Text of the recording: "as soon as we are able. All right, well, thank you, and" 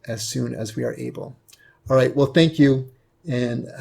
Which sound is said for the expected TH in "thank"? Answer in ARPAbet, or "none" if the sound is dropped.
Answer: TH